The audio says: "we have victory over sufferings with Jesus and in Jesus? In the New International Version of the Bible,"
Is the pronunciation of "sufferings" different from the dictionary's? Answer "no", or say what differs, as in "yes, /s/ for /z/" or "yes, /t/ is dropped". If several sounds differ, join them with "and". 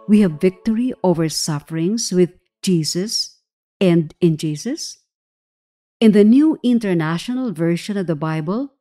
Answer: yes, /s/ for /z/